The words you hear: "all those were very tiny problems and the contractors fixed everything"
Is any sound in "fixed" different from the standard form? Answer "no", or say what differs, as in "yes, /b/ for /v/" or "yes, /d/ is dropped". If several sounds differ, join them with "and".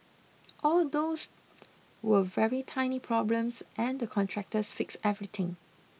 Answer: yes, /t/ is dropped